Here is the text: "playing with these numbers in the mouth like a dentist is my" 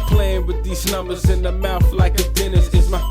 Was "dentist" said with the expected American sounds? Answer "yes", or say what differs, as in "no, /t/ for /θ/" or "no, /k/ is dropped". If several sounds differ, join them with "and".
no, /t/ is dropped